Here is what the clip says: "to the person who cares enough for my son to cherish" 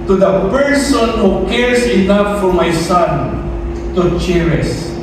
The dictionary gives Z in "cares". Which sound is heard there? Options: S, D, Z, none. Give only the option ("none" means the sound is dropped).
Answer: S